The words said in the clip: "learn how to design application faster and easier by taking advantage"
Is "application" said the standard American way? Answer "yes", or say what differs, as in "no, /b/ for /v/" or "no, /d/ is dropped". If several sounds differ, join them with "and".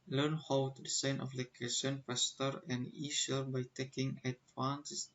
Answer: no, /f/ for /p/